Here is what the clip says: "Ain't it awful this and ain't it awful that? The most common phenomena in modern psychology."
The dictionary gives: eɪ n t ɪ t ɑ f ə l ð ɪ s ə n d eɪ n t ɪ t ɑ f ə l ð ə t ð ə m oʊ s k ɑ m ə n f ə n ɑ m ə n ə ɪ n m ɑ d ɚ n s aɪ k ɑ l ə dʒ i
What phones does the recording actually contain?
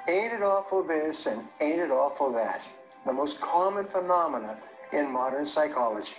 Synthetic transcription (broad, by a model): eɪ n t ɪ t ɑ f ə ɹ ð ɪ s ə n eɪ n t ɪ t ɑ f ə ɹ ð ə t ð ə m oʊ s k ɑ m ə n f ə n ɑ m ə n ə ɪ n m ɑ d ɚ n s aɪ k ɑ l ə dʒ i